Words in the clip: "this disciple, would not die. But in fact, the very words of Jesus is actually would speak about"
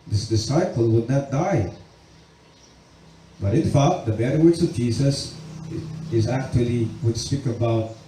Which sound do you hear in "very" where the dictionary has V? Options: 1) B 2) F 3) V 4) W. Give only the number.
1